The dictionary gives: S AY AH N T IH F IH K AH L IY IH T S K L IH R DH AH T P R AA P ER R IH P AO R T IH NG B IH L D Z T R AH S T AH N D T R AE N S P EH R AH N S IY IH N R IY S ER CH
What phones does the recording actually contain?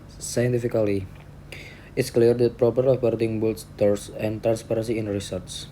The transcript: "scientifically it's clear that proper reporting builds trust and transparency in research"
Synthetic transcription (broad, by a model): S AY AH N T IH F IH K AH L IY IH T S K L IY R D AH T P R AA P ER R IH B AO R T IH NG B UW L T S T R S AH N T R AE N S P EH R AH N S IY IH N R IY S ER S